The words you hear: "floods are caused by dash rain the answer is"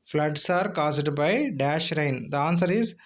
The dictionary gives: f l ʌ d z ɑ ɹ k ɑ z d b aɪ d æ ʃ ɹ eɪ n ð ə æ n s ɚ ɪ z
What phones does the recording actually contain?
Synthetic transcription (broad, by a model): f l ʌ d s ɑ ɹ k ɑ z d b aɪ d æ ʃ ɹ eɪ n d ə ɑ n s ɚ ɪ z